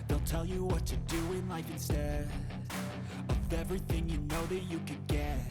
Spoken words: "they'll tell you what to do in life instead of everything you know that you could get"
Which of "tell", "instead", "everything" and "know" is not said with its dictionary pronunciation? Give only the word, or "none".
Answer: instead